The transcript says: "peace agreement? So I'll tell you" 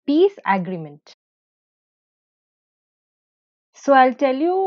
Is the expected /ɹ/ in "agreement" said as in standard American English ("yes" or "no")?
yes